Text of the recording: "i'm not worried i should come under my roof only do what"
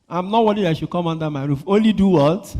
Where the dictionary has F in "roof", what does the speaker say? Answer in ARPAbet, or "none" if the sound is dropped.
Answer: F